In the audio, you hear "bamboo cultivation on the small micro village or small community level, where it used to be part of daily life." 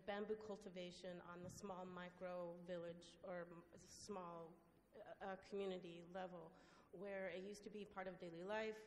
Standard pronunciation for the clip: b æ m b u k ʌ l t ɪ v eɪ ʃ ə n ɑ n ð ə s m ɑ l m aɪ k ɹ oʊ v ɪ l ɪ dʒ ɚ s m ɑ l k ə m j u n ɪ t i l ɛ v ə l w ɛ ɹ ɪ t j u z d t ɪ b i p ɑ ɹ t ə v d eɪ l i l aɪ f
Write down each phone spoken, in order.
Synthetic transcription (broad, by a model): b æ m b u k ʌ l t ɪ v eɪ ʃ ə n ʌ n ð ə s m ɑ l m aɪ k ɹ oʊ v ɪ l ɪ dʒ ɚ s m ɑ l k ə m j u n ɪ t i l ɛ v l w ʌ ɹ ɪ t j u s t ɪ b i p ɑ ɹ t ə v d eɪ l i l aɪ f